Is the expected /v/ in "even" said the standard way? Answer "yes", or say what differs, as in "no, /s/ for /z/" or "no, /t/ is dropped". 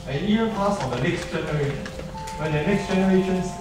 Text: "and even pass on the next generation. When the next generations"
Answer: no, /v/ is dropped